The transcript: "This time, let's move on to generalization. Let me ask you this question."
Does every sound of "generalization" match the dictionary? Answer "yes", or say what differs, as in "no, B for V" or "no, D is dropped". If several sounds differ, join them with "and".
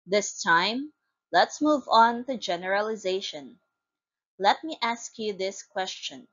yes